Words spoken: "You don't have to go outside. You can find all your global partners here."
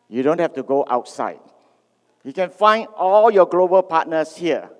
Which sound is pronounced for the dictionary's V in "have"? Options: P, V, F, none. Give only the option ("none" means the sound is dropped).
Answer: F